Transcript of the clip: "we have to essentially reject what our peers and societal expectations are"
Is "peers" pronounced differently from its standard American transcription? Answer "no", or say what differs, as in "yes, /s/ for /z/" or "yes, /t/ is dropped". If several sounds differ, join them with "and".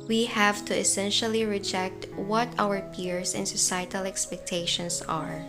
yes, /s/ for /z/